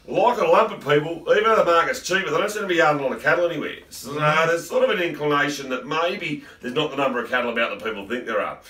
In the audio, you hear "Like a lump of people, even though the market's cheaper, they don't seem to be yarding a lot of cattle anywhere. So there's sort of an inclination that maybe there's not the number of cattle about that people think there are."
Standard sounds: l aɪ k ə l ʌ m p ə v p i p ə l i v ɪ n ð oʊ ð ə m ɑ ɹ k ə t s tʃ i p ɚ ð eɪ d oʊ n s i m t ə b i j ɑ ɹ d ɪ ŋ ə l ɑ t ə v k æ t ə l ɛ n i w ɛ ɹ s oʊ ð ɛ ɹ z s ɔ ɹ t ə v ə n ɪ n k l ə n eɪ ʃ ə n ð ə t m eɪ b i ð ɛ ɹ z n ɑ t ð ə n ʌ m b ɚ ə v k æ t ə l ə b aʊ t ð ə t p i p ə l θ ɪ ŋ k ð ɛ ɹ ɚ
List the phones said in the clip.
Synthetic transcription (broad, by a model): l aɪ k ə l ʌ m p ə v p i p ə l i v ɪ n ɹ ð ə m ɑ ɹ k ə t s tʃ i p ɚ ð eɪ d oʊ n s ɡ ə b i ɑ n ə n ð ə k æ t l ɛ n i w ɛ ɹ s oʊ ð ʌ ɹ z s ɔ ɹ t ə v ə n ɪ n k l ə n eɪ ʃ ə n ð ə t m eɪ b i ð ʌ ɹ z n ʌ t ð ə n ʌ m b ɚ ə v k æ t l ə b aʊ t ð ə t p i p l θ ɪ ŋ k ð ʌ ɹ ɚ